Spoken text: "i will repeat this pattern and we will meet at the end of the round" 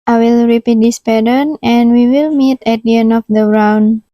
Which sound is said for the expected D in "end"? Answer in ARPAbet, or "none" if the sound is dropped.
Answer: none